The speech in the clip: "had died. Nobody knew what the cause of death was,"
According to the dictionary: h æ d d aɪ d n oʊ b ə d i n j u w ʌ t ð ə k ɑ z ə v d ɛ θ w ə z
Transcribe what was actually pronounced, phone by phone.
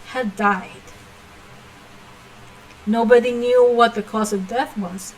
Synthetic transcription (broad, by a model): h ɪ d d aɪ d n oʊ b ə d i n j u w ʌ t ð ə k ɑ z ə v d ɛ θ w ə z